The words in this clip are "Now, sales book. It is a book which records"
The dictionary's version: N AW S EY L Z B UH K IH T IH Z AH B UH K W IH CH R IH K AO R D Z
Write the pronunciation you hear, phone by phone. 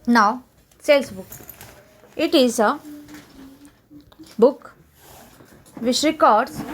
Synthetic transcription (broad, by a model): N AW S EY L S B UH K IH T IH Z AH B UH K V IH SH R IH K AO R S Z